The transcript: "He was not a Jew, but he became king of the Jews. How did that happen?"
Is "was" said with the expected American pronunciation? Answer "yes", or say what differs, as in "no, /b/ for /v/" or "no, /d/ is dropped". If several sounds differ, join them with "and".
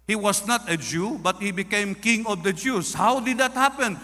no, /s/ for /z/